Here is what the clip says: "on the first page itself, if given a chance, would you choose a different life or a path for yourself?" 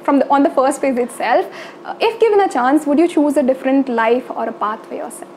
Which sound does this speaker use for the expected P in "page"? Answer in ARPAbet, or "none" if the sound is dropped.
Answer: F